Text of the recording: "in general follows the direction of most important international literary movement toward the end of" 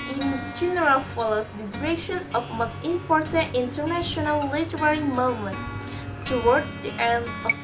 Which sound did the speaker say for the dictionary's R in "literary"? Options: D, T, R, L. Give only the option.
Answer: R